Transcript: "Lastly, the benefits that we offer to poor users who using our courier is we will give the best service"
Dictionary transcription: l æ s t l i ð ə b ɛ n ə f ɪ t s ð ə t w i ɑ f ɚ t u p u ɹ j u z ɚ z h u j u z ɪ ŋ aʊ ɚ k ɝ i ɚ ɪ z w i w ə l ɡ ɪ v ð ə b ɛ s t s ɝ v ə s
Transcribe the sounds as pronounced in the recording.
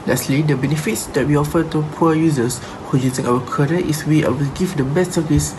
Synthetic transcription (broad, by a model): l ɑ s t l i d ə b ɛ n ə f ɪ t s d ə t w i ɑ f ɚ t u p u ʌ j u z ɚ s h u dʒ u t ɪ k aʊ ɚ k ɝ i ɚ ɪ s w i w ə l ɡ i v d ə b ɛ s t s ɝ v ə s